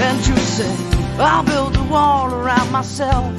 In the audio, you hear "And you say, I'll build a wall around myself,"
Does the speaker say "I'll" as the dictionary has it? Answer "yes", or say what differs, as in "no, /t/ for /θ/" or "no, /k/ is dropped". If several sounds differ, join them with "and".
yes